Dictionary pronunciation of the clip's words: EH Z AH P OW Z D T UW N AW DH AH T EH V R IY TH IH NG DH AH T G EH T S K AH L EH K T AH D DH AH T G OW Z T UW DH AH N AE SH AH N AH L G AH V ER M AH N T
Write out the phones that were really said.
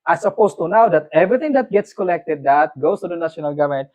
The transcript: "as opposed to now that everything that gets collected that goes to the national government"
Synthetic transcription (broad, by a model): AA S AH P OW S T UW N AW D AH T EH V R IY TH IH NG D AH T G EH T S K AH L EH K T AH D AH T G OW S T UW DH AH N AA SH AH N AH L G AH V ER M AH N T